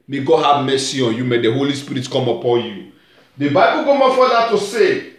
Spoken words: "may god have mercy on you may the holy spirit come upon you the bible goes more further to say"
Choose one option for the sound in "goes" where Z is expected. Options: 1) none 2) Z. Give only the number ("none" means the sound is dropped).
1